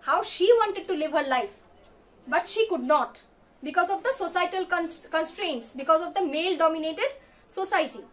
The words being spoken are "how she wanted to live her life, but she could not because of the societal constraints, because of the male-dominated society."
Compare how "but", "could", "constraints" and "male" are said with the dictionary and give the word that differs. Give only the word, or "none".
none